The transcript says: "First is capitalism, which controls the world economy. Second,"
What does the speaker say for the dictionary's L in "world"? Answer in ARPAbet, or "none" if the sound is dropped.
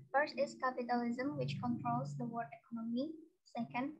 none